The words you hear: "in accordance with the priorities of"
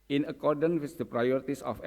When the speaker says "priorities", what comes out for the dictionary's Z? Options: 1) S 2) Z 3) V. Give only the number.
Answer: 1